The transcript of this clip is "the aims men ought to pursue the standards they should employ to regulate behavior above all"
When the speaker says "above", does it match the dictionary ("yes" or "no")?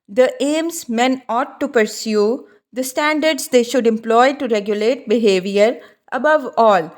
yes